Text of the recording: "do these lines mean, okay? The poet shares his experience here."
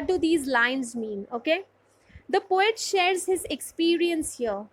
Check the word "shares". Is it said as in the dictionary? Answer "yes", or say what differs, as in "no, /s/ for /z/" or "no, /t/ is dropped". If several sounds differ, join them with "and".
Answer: yes